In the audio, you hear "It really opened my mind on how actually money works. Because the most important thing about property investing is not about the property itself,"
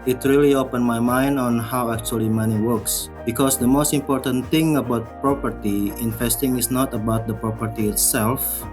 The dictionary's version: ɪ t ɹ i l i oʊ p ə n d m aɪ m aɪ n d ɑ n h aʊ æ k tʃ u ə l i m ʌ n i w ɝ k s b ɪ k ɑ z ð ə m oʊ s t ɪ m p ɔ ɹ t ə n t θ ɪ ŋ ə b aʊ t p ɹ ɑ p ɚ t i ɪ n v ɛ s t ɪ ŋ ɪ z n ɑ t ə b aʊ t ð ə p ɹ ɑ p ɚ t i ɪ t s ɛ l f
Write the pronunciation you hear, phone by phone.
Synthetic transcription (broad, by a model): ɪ t ɹ i l i oʊ p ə n m aɪ m aɪ n d ɑ n h aʊ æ k tʃ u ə l i m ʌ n i w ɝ k s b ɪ k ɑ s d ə m oʊ s t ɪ m p ɔ ɹ t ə n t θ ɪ ŋ ə b aʊ t p ɹ ɑ p ɚ t i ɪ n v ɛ s t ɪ ŋ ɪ s n ɑ t ə b aʊ t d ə p ɹ ɑ p ɚ t i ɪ t s ɛ l f